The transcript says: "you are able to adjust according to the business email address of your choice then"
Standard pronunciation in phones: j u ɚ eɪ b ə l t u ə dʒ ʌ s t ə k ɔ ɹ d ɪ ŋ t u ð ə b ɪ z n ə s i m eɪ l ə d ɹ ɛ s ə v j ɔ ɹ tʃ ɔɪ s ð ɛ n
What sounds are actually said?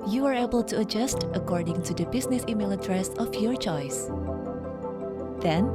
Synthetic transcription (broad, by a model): j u ɚ eɪ b ə l t u ə dʒ ʌ s t ə k ɔ ɹ d ɪ ŋ t u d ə b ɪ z n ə s i m eɪ l ə d ɹ ɛ s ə f j ɔ ɹ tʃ ɔɪ s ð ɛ n